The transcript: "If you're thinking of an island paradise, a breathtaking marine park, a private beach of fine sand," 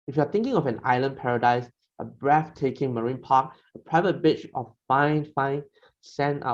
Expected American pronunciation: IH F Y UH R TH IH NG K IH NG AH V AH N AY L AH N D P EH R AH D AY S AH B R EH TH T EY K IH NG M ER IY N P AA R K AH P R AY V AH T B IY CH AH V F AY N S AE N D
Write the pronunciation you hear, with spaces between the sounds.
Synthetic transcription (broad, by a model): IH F Y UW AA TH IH NG K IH NG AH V AH N AY L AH N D P EH R AH D AY S AH B R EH F T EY K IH NG M ER IY N P AA K AH P R AY V AH T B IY CH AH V F AY N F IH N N